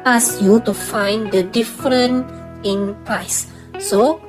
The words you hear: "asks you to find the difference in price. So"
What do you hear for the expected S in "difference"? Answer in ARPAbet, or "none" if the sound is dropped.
none